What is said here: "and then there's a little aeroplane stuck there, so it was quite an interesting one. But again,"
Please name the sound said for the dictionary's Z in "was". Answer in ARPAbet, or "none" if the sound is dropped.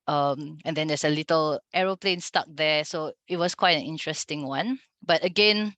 S